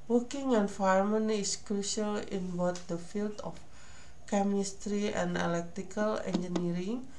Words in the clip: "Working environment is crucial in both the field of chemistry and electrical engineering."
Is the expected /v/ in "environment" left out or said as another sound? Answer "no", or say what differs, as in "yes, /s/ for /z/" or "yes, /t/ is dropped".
yes, /f/ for /v/